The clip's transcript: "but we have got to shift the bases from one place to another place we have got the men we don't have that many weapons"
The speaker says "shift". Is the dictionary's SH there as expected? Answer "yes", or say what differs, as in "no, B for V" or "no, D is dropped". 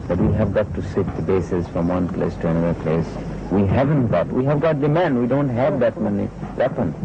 no, S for SH